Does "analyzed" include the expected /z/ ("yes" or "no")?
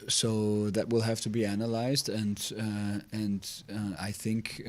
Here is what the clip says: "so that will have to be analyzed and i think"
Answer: yes